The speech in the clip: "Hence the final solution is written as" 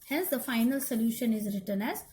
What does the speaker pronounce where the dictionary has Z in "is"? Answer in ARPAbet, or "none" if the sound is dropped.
Z